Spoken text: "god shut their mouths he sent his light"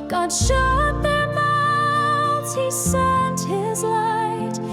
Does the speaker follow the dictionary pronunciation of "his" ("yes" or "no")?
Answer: yes